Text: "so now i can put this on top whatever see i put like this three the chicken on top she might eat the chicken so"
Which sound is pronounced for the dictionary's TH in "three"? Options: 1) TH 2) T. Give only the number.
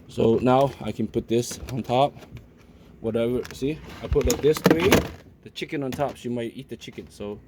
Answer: 2